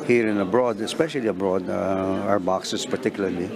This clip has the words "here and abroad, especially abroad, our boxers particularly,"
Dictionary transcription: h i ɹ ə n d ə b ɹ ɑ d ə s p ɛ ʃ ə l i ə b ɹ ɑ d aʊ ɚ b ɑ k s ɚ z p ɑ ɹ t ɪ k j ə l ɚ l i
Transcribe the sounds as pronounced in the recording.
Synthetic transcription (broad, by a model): h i ɹ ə n ə b ɹ ɑ d ə s p ɛ ʃ ə l i ə b ɹ ɑ d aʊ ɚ b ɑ k s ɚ s p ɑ ɹ t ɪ k j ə l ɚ l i